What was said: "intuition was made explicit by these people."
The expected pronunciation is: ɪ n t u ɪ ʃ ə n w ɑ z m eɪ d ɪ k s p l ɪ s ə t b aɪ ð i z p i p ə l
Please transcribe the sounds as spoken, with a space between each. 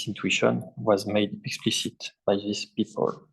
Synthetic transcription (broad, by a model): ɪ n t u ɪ ʃ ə n w ɑ z m eɪ d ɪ k s p l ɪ s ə t b aɪ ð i s p i p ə l